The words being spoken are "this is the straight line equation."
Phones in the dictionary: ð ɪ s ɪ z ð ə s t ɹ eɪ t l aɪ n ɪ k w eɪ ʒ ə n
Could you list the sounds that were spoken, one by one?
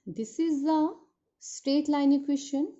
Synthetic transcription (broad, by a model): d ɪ s ɪ z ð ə s t ɹ eɪ t l aɪ n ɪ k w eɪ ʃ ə n